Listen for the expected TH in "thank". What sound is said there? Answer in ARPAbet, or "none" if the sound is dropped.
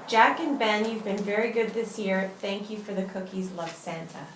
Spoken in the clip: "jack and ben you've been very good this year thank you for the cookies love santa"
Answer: TH